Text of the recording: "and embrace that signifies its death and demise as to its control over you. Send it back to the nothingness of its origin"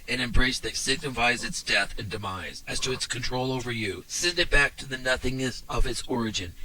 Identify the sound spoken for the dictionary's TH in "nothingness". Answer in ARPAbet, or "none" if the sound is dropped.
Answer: TH